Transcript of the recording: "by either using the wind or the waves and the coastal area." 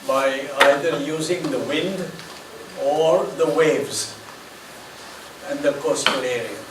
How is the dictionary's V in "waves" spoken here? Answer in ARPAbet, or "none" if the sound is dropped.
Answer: V